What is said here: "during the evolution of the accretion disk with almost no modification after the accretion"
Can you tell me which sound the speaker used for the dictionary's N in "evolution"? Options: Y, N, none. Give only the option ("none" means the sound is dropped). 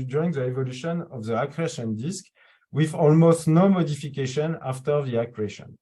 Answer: N